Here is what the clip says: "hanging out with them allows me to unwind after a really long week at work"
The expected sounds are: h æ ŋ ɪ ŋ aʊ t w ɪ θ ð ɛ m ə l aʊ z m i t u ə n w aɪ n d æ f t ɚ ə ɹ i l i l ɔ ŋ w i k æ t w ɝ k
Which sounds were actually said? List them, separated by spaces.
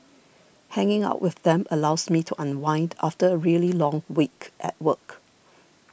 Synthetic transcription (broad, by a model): h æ ŋ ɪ ŋ aʊ t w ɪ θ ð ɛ m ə l aʊ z m i t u ə n w aɪ n d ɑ f t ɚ ə ɹ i l i l ɔ ŋ w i k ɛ t w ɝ k